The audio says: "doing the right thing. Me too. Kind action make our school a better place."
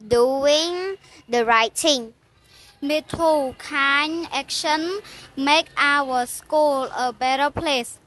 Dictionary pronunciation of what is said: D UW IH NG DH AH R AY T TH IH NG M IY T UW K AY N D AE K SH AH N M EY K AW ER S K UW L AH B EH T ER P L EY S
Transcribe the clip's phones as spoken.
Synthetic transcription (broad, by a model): D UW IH NG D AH R AY T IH NG M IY T UW K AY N AE K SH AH N M EY K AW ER S K UW L AH B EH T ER P L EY S